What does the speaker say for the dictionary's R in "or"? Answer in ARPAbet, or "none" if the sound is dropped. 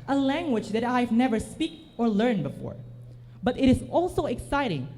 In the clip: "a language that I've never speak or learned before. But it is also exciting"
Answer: R